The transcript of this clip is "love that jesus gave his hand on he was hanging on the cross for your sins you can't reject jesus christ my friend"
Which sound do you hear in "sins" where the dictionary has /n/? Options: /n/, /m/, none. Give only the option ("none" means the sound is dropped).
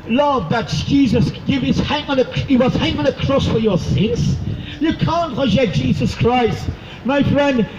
/n/